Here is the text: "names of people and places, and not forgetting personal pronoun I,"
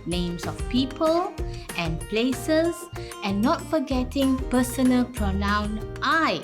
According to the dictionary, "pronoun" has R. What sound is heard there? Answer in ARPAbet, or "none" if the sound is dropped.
R